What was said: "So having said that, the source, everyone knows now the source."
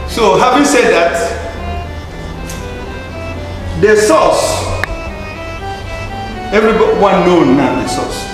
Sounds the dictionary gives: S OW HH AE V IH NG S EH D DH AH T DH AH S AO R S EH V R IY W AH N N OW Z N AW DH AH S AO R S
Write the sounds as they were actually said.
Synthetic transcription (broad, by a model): S OW HH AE V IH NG S EH D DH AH T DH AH S AO S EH V R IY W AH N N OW N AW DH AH S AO S